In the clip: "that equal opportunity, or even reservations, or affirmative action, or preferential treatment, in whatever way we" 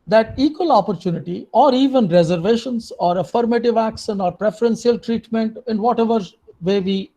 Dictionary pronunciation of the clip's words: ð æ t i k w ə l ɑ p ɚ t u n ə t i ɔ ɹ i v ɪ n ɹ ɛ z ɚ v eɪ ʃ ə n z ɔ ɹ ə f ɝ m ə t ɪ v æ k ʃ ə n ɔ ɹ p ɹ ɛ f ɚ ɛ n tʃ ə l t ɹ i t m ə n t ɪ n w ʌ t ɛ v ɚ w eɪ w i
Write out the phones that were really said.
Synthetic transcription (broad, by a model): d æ t i k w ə l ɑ p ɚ t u n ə t i ɔ ɹ i v ɪ n ɹ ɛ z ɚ v eɪ ʃ ə n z ɔ ɹ ə f ɝ m ə t ɪ v æ k ʃ ə n ɔ ɹ p ɹ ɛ f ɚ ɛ n s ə l t ɹ i t m ə n t ɪ n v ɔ t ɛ v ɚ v eɪ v i